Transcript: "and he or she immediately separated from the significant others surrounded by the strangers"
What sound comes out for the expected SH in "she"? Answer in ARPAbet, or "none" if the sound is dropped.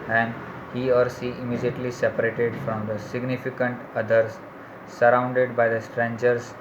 S